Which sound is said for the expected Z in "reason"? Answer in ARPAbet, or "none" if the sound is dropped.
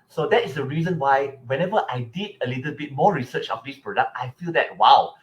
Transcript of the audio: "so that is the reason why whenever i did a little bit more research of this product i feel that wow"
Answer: Z